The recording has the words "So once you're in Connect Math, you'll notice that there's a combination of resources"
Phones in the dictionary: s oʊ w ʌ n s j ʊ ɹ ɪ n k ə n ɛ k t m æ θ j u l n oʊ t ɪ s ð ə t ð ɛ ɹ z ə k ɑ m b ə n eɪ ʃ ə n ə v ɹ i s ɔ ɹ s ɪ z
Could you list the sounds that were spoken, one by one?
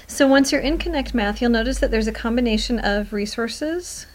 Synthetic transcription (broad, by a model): s oʊ w ʌ n s j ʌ ɹ ɪ n k ə n ɛ k t m æ θ j u l n oʊ t ɪ s ð ə t ð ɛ ɹ z ə k ɑ m b ə n eɪ ʃ ə n ə v ɹ i s ɔ ɹ s ɪ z